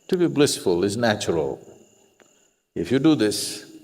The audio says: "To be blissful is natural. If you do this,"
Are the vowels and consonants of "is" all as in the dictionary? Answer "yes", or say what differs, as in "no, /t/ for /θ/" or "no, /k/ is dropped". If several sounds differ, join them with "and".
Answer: yes